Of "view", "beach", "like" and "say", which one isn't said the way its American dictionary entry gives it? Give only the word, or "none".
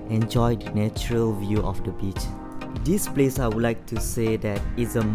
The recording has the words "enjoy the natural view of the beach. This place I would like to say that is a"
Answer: none